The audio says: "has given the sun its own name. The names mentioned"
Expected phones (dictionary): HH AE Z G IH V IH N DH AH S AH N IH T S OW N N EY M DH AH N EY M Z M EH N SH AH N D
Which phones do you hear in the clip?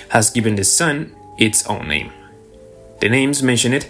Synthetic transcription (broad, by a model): HH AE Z G IH V IH N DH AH S AH N IH T S OW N N EY M DH AH N EY M Z M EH N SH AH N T